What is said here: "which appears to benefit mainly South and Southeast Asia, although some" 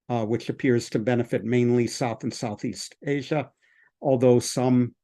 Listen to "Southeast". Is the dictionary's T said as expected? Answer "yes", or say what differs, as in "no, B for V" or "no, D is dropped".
yes